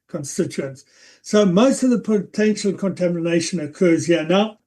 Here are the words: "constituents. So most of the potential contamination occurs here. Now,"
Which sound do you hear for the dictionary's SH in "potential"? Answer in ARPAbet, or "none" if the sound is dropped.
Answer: SH